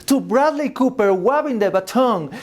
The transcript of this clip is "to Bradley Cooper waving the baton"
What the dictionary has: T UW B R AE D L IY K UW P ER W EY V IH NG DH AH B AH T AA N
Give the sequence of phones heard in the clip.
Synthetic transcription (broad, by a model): T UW B R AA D L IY K UW P ER W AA B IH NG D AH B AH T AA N